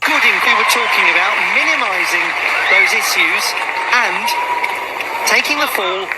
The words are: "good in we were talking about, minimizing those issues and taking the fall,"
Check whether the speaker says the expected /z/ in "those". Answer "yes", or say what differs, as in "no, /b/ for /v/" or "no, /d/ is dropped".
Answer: yes